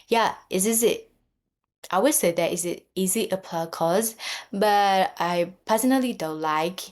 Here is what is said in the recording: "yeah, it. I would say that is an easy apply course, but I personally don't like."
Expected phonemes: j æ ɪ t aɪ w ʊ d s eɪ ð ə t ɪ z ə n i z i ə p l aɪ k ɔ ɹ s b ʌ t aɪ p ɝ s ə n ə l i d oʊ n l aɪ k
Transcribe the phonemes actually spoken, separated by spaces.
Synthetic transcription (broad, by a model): j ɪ ɪ t aɪ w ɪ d s eɪ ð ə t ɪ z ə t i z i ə p aɪ k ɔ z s b ʌ t aɪ p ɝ s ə n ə l i d oʊ n l aɪ k